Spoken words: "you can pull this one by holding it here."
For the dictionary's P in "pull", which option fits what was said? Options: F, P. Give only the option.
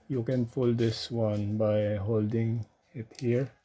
F